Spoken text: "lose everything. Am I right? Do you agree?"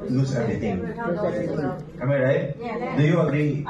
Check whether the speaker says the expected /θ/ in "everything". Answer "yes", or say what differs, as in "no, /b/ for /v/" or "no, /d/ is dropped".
no, /t/ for /θ/